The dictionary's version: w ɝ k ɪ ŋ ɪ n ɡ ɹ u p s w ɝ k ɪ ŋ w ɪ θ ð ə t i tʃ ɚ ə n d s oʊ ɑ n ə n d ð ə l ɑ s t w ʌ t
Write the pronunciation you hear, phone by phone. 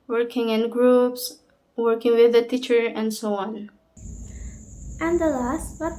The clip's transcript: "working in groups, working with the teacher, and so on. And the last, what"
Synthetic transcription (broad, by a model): w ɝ k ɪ ŋ ɪ n ɡ ɹ u p s w ɝ k ɪ ŋ w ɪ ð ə t i tʃ ɚ ə n d s oʊ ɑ n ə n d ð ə l ɑ s t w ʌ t